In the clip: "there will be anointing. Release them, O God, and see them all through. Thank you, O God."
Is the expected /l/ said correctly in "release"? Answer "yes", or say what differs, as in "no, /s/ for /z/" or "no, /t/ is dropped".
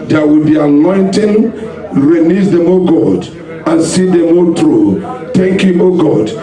no, /n/ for /l/